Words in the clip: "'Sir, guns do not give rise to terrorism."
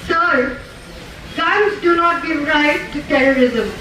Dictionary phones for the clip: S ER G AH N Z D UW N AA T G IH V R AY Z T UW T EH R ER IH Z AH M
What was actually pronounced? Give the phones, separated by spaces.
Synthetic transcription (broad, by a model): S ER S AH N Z D UW N AA T G IH V R AY T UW T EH R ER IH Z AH M